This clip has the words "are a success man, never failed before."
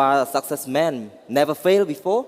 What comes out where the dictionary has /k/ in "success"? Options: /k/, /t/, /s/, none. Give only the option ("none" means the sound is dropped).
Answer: /k/